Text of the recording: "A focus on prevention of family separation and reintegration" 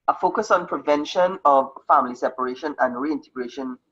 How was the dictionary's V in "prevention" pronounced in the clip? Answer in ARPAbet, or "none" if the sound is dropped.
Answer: V